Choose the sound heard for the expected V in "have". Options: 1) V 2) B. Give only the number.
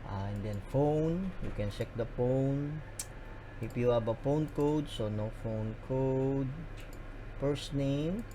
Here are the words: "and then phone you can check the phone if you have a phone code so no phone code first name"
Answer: 2